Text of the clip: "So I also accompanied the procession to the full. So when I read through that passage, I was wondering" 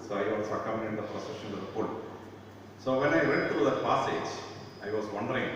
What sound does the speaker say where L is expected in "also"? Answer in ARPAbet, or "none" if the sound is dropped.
none